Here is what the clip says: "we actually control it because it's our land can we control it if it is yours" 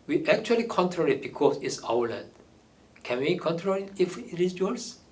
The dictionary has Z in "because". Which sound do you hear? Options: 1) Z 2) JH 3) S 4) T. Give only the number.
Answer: 3